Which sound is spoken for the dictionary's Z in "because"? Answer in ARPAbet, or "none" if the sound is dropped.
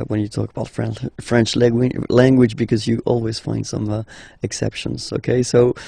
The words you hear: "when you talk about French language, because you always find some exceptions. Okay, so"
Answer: Z